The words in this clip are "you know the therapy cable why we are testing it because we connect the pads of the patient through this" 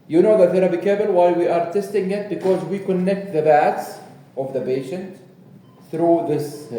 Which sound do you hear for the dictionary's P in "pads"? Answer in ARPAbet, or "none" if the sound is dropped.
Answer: B